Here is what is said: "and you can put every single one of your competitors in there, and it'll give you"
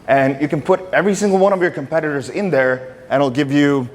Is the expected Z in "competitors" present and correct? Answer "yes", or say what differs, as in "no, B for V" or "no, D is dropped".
yes